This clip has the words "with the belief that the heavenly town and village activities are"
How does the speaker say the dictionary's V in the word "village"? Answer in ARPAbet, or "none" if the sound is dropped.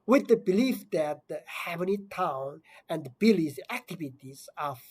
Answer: B